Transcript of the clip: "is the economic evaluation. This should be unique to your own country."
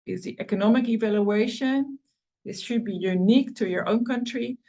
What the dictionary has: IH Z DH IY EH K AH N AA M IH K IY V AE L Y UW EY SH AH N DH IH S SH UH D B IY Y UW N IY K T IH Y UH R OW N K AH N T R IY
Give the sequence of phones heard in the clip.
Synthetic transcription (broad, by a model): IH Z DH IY EH K AH N AA M IH K IY V AE L Y UW EY SH AH N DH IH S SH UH D B IY Y UW N IY K T IH Y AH R OW N K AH N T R IY